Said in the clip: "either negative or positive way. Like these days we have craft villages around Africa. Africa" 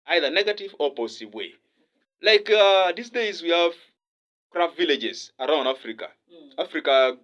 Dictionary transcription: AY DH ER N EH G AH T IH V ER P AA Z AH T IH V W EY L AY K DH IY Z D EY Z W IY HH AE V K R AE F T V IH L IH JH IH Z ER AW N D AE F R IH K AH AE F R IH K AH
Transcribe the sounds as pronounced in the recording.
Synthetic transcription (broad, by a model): AY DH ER N EH G AH T IH V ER P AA S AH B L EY L AY K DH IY S D EY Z W IY HH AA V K R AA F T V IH L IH JH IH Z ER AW N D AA F R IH K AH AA F R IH K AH